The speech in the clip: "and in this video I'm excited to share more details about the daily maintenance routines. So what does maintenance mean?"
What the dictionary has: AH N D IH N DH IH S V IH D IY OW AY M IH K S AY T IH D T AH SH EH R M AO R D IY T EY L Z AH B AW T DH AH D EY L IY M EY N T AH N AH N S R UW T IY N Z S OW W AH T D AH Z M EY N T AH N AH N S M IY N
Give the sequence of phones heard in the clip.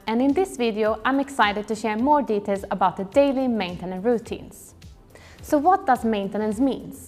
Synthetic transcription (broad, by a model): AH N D IH N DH IH S V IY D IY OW AY M IH K S AY T IH D T AH SH EH R M AO R D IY T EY L S AH B AW T DH AH D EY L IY M EY N T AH N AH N R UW T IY N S S OW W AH T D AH S M EY N T AH N AH N S M IY N